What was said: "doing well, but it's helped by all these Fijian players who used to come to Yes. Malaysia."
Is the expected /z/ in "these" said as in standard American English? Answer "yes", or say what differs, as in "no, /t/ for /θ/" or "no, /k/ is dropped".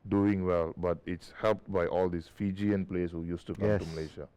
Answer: no, /s/ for /z/